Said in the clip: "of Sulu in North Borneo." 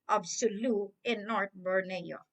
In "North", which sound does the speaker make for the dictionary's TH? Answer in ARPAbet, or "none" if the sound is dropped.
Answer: T